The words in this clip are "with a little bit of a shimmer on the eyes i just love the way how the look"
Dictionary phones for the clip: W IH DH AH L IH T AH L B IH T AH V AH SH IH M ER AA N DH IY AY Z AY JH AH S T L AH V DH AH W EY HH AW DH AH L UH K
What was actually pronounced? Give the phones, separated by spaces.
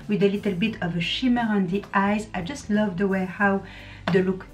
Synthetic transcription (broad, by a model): W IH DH AH L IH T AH L B IH T AH V AH SH IH M ER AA N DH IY AY Z AY JH AH S T L AH V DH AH W EY HH AW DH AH L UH K